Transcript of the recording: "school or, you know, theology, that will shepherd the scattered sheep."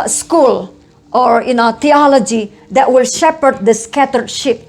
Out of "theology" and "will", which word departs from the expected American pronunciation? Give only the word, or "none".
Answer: theology